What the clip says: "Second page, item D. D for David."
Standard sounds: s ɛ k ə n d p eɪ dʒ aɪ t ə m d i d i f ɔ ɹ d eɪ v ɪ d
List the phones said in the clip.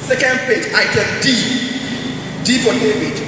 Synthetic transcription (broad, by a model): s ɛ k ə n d p eɪ dʒ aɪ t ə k d i d i p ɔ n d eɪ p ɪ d